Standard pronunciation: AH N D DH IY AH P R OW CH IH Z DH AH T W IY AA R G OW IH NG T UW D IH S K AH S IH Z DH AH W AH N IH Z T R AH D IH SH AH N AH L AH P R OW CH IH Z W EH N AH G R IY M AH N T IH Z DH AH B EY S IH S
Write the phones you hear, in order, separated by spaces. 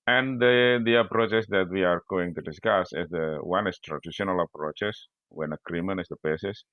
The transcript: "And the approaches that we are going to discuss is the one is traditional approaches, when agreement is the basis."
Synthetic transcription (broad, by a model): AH N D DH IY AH P R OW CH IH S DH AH T W IY AA R G OW IH NG T UW D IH S K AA S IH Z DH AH W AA N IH S T R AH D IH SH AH N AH L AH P R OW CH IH S W EH N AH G R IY M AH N IH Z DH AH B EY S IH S